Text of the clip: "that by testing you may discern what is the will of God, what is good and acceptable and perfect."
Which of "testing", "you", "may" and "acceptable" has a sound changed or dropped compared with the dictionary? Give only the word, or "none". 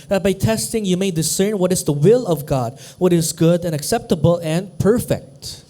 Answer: none